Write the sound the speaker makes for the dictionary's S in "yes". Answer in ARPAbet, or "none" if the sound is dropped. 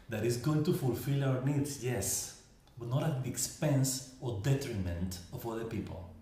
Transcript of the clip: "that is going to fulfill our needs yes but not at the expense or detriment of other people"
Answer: S